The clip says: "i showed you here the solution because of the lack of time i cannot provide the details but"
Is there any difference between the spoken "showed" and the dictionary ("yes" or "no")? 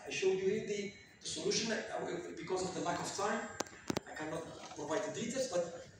no